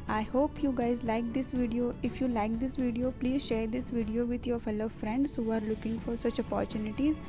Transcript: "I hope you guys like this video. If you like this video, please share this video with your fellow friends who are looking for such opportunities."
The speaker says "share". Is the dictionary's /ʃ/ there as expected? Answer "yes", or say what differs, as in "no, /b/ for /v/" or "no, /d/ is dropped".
yes